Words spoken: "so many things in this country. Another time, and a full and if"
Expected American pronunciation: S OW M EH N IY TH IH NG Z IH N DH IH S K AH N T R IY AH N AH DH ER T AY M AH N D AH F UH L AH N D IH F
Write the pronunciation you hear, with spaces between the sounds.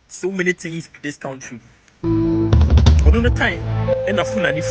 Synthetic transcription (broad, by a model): S OW M EH N IY T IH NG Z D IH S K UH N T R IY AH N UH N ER T AY M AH N AH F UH N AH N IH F